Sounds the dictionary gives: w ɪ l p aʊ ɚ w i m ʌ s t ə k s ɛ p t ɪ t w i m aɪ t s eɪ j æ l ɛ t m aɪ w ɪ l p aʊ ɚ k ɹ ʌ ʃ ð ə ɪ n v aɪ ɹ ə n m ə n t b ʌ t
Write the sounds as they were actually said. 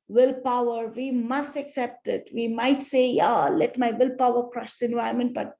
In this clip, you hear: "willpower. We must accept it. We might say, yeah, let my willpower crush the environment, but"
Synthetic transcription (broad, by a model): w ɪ l p aʊ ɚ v i m ʌ s t ə k s ɛ p t ɪ t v i m aɪ t s eɪ j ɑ l ɛ t m aɪ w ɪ l p aʊ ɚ k ɹ ʌ ʃ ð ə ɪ n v aɪ ə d m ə n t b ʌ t